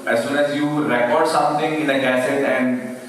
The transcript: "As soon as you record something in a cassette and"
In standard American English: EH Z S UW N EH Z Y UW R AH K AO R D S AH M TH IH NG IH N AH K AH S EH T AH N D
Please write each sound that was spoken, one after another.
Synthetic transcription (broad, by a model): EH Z S UW N EH Z Y UW R AH K AO R D S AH M T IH NG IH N AH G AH S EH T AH N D